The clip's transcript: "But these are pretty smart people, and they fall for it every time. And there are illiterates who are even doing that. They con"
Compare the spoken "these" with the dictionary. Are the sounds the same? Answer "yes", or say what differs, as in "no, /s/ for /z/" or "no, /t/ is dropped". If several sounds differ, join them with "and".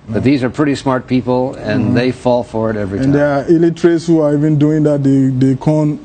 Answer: yes